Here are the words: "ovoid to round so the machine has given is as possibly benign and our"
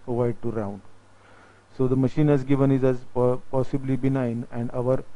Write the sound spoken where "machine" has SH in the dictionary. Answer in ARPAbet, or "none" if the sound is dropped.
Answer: SH